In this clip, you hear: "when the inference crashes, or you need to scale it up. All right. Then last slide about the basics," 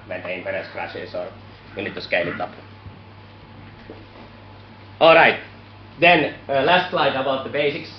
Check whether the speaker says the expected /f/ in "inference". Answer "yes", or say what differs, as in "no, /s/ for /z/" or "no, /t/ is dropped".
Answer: no, /p/ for /f/